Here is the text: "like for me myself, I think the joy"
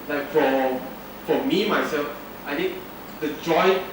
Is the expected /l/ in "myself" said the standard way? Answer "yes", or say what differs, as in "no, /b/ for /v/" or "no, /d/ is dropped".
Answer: yes